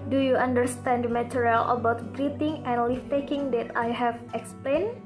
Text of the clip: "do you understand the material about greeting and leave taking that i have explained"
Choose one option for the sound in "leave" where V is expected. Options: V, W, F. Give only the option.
F